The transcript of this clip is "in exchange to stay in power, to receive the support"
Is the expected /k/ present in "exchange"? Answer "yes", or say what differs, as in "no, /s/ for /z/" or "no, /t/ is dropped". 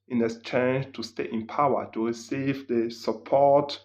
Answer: no, /k/ is dropped